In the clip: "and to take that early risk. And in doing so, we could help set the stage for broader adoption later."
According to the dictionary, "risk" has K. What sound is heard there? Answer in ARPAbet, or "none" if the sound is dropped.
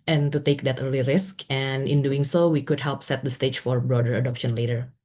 K